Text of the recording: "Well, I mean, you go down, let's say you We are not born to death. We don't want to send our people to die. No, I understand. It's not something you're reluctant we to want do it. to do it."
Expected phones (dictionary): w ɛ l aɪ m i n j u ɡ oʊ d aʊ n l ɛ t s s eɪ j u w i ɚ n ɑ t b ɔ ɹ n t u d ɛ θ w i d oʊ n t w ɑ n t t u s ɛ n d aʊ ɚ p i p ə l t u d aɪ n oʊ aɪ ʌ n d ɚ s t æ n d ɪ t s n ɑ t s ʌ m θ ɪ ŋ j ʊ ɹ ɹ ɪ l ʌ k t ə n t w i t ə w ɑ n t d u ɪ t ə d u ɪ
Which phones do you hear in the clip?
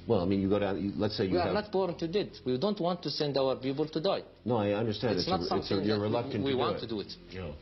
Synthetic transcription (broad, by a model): w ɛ l aɪ m i n j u ɡ oʊ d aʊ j l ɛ t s s eɪ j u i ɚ n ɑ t b ɔ ɹ n t u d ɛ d w i d oʊ n t w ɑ n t t u s ɛ n d aʊ ɚ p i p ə l t u d aɪ n oʊ aɪ ʌ n d ɚ s t æ n d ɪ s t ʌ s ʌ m s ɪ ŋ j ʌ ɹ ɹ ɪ l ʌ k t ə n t w i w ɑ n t d u ɪ t ə